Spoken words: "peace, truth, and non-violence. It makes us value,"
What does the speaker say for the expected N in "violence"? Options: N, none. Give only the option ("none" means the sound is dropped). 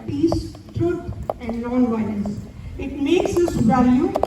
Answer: none